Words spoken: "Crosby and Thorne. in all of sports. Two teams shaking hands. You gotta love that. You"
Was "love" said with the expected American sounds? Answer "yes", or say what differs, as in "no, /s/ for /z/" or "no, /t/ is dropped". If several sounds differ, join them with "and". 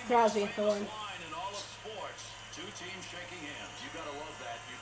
no, /w/ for /l/